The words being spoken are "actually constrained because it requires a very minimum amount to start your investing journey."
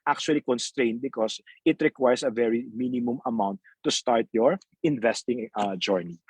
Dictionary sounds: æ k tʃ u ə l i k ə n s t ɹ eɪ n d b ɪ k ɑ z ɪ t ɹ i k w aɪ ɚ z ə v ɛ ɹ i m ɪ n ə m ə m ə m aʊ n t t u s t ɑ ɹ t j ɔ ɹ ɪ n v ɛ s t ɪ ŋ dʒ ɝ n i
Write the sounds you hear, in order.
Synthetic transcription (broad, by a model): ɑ k tʃ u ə l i k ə n s t ɹ eɪ n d b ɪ k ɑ s ɪ t ɹ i k w aɪ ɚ s ə v ɛ ɹ i m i n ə m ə m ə m aʊ n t t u s t ɑ ɹ t j ɔ ɹ ɪ n v ɛ s t ɪ ŋ dʒ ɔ n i